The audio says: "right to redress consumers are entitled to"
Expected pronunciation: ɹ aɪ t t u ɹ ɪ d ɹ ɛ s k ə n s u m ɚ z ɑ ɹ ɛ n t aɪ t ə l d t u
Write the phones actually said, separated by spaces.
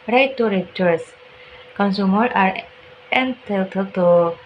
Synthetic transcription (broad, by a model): ɹ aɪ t t u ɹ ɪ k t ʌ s k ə n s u m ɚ ɑ ɹ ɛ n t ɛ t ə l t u